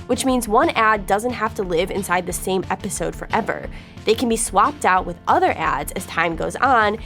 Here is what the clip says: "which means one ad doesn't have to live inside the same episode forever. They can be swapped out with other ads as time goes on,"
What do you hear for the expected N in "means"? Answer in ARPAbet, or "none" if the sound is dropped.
N